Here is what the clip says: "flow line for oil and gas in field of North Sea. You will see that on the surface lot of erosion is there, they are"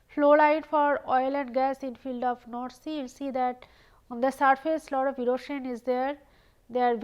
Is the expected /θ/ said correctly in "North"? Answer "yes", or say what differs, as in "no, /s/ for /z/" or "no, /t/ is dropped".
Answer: no, /t/ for /θ/